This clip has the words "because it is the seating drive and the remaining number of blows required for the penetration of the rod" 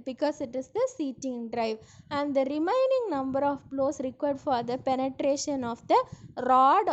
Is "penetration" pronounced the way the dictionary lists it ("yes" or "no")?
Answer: yes